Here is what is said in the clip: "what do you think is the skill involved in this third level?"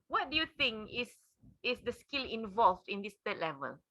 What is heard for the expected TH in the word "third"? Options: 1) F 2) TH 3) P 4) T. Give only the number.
4